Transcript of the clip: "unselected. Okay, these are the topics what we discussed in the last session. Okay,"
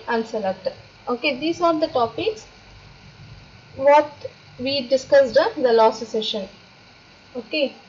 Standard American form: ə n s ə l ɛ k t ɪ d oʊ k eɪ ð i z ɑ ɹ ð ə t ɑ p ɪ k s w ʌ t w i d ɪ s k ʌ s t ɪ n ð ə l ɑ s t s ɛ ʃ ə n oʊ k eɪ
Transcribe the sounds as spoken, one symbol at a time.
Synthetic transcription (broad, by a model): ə n s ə l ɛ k t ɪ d oʊ k eɪ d i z ɑ ɹ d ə t ɑ p ɪ k s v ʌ t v i d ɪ s k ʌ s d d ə l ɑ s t s ɛ ʃ ə n oʊ k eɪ